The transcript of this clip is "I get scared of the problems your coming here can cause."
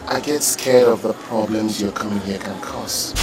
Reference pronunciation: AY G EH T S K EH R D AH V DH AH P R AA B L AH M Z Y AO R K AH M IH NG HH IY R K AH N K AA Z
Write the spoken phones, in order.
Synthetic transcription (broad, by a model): AY G EH T S K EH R AH V DH AH P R AA B L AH M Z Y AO K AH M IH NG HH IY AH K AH N K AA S